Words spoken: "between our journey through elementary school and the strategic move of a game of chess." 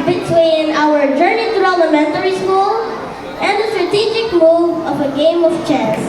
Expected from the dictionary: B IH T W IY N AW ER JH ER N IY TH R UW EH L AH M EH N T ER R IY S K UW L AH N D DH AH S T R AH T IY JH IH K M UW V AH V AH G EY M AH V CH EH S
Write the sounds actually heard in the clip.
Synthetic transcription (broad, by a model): B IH T W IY N AW ER JH ER N IY T R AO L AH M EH N T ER R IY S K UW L AH N D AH S T R AH T IY JH IH K M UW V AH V AH G EY M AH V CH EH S